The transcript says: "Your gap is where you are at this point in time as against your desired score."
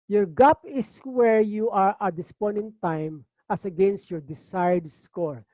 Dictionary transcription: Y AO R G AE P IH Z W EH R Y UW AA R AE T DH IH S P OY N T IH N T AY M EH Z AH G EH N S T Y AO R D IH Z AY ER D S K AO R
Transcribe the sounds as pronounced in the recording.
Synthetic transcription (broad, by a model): Y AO R G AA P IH S W EH R Y UW AA R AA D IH S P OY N IH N T AY M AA S AH G EH N S T Y AO R D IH S AY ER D S K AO R